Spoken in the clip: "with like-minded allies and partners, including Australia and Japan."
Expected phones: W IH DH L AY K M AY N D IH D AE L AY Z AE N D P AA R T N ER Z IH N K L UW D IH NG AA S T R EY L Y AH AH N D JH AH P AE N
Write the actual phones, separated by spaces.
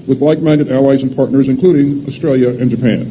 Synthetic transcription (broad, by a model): W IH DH L AY K M AY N D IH D AE L AY Z N P AA R T N ER Z IH N K L UW D IH NG AA S T R EY L Y AH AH N JH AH P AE N